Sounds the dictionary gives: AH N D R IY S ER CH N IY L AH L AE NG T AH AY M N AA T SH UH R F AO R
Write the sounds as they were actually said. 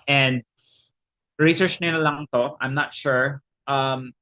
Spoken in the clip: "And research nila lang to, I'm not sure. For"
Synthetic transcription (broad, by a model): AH N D R IY S ER CH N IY N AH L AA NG T AH AY M N AA T SH UH R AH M